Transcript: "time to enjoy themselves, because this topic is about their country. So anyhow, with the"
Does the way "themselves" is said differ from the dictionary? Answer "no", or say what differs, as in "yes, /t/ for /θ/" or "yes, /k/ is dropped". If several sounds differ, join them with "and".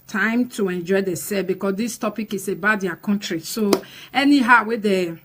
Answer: yes, /m/ is dropped